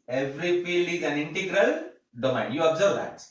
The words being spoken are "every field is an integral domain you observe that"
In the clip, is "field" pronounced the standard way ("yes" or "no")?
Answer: no